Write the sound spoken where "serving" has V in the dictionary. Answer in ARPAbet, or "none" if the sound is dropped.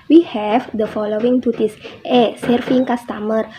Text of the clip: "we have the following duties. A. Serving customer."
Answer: F